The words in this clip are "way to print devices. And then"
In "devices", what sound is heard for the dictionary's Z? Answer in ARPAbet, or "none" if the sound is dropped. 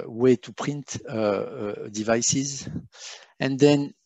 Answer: Z